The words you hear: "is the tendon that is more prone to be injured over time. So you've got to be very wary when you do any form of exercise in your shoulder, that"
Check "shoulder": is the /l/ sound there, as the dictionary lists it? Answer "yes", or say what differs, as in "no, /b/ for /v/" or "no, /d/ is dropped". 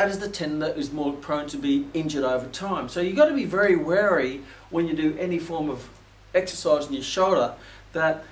yes